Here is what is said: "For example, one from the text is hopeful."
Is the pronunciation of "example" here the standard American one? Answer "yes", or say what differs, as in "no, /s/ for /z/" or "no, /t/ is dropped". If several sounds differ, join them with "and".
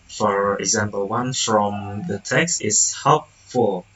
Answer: yes